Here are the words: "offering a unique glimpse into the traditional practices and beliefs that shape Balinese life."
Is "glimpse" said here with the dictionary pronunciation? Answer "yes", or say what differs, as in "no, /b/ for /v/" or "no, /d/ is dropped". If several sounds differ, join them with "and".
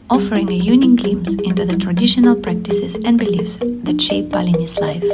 no, /p/ is dropped